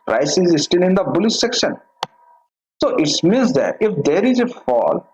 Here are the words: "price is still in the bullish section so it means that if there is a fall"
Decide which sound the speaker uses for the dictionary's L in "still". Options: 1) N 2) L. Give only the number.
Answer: 1